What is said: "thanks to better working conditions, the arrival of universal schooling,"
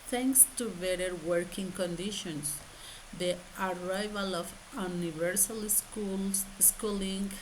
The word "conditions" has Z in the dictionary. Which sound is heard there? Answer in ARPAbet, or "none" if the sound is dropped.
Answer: S